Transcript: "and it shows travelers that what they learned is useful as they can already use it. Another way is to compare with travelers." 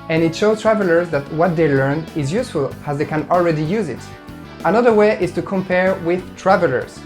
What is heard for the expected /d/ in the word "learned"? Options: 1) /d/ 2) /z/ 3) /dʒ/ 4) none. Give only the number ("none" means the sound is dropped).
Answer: 4